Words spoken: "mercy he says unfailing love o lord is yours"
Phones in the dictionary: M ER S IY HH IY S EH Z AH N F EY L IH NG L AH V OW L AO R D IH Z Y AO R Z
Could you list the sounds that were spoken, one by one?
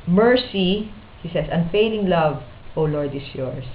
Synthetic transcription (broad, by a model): M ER S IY HH IY S EH S AH N F EY L IH NG L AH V OW L AO R D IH S Y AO R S